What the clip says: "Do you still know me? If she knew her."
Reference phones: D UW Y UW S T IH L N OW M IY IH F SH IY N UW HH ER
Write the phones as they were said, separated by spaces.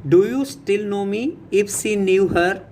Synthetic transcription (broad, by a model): D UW Y UW S T IH L N OW M IY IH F S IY N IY HH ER